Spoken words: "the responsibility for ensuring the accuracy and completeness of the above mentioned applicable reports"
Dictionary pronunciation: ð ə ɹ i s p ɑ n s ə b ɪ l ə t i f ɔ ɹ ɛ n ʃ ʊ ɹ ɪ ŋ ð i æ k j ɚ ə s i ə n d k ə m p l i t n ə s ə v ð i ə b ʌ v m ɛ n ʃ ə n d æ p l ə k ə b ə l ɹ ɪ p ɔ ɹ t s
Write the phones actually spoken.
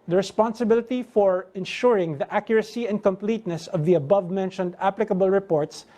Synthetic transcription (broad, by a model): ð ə ɹ i s p ɑ n s ə b ɪ l ə t i f ɔ ɹ ɛ n ʃ ʊ ɹ ɪ ŋ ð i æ k j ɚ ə s i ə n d k ə m p l i t n ə s ə v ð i ə b ʌ v m ɛ n ʃ ə n d æ p l ə k ə b ə l ɹ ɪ p ɔ ɹ t s